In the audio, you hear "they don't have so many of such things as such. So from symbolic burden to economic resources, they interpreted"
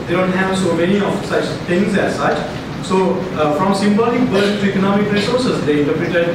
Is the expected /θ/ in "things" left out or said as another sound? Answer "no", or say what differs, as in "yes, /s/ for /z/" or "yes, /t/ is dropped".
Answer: yes, /t/ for /θ/